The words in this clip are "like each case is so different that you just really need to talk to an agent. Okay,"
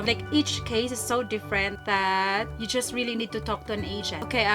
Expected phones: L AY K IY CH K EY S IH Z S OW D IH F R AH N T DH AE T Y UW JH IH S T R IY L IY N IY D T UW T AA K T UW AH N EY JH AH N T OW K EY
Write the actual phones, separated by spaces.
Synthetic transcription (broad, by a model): L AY K IY CH K EY S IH S OW D IH F R AH N T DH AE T Y UW JH IH S T R IY L IY N IY D T UW T AA K T UW AH N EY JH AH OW K EY